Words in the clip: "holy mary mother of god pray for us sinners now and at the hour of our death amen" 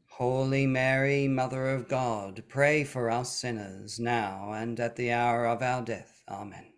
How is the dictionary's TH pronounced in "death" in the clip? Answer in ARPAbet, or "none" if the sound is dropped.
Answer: TH